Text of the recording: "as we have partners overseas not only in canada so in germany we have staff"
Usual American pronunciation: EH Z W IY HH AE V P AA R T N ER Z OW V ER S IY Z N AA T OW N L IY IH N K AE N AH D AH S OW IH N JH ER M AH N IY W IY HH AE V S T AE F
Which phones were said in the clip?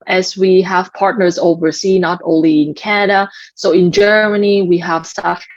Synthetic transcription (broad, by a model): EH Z W IY HH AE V P AA R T N ER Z OW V ER S IY N AA T OW N L IY IH N K AE N AH D AH S OW IH N JH ER M AH N IY W IY HH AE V S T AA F